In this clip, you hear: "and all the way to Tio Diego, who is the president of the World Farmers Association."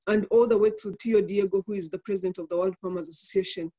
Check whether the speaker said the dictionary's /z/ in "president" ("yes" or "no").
yes